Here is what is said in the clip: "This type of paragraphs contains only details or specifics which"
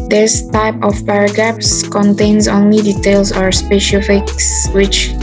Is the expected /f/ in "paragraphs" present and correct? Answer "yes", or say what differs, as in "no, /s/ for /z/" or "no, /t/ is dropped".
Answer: no, /p/ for /f/